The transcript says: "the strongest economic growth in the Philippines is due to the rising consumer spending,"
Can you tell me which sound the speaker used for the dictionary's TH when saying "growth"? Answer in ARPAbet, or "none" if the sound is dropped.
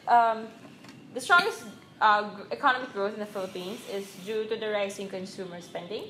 T